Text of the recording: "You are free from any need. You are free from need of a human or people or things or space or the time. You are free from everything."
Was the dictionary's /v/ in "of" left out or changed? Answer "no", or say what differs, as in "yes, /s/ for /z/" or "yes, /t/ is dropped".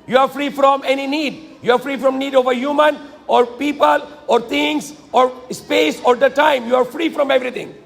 no